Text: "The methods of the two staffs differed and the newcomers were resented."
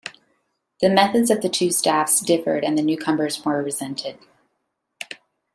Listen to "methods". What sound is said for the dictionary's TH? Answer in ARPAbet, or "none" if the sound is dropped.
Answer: TH